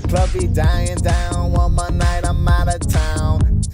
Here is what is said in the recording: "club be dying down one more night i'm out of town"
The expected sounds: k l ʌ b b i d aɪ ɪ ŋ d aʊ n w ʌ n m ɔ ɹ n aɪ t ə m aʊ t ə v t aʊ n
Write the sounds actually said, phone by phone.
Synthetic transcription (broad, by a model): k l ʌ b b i d aɪ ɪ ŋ d aʊ n w ʌ n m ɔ n aɪ t ə m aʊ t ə t aʊ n